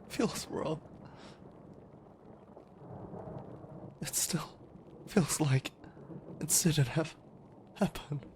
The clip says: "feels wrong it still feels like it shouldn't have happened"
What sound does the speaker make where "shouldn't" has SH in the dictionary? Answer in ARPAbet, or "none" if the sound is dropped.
S